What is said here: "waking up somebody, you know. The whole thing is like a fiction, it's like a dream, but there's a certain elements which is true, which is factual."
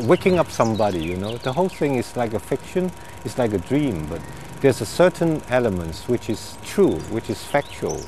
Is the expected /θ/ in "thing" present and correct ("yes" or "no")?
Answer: yes